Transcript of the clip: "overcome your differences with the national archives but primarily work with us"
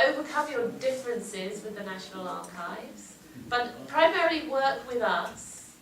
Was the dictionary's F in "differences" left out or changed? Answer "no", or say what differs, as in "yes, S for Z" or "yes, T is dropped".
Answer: no